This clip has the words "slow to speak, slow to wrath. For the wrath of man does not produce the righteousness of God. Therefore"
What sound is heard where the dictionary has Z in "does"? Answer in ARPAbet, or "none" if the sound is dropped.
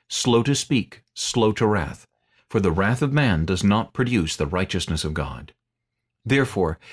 Z